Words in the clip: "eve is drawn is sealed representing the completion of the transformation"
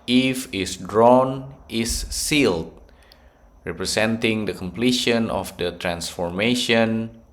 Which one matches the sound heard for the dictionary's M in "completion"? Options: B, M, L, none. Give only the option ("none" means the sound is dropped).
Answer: M